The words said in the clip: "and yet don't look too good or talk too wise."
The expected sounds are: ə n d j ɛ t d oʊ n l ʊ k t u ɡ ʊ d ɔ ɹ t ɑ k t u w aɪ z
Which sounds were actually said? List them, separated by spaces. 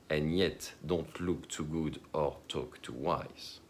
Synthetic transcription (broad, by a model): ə n j ɛ t d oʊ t l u k t u ɡ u d ɔ ɹ t ɑ k t u w aɪ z